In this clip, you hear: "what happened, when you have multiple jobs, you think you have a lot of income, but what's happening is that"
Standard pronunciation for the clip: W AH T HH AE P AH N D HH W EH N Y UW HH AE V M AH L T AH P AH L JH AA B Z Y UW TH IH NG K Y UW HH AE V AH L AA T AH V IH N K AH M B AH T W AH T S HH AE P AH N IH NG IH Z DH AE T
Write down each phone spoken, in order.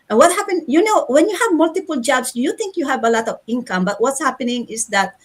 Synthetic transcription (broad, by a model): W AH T HH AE P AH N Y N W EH N Y UW HH AE V M AH L T AH P AH L JH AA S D Y UW T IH NG K Y UW HH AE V AH L AA T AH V IH N K AH M B AH T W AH T S HH AE P AH N IH NG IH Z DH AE T